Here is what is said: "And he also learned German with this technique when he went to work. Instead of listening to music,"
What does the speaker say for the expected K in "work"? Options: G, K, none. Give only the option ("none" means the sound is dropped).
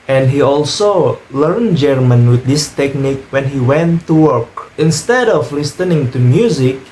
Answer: K